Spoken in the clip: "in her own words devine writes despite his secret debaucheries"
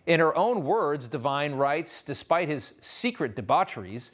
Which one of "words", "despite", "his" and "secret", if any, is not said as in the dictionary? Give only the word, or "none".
none